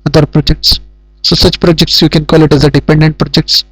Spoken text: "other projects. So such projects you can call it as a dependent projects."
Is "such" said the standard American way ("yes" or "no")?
yes